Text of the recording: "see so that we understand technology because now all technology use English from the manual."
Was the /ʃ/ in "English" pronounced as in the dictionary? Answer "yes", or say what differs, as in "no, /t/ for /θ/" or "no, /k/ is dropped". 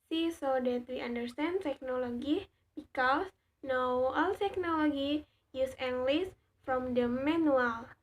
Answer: no, /s/ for /ʃ/